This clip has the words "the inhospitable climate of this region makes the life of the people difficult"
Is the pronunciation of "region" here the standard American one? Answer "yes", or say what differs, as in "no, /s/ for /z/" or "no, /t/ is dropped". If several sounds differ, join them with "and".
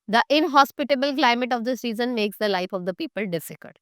no, /z/ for /dʒ/